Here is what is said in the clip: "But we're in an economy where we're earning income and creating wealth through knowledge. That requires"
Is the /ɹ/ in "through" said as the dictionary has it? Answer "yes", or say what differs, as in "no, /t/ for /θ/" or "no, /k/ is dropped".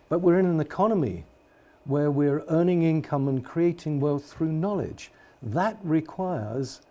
yes